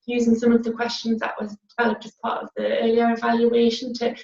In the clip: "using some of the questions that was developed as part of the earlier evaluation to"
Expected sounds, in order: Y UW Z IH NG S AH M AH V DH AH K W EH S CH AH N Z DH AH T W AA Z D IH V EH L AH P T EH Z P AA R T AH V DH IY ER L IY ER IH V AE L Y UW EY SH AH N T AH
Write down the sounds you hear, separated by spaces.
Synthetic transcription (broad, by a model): Y UW Z IH NG S AH M AH V DH AH K W EH S CH AH N Z DH AH T W AA Z D IH V EH L AH P T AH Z P AA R T AH V DH IY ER L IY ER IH V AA L Y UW EY SH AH N T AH